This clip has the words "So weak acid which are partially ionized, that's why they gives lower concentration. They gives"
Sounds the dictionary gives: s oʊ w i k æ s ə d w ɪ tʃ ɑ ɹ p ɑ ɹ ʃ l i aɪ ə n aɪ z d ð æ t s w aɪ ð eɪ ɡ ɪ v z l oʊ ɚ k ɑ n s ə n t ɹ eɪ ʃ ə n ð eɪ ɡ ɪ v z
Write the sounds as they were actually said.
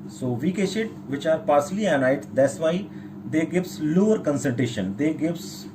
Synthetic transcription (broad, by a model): s oʊ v i k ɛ ʃ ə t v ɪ tʃ ɑ ɹ p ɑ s l i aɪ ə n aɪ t d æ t s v aɪ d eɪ ɡ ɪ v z l oʊ ɚ k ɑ n s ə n t ɹ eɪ ʃ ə n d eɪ ɡ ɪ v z